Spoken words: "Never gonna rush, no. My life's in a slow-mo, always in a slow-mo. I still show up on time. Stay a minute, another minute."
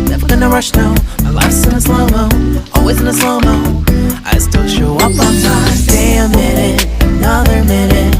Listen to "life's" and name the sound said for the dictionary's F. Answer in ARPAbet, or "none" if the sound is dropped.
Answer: none